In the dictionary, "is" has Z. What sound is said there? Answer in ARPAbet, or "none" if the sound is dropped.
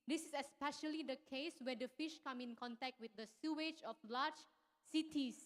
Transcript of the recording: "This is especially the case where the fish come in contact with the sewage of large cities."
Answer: S